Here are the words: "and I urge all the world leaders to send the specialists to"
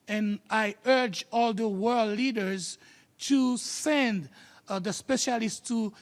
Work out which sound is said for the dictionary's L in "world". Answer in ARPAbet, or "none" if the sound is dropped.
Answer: L